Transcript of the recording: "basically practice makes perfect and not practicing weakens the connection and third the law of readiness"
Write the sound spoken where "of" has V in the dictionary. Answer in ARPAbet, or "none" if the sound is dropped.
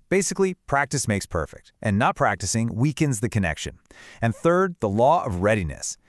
V